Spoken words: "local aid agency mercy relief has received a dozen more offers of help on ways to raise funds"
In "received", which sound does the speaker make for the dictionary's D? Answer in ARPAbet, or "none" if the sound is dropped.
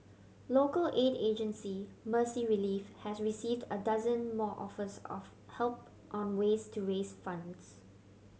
D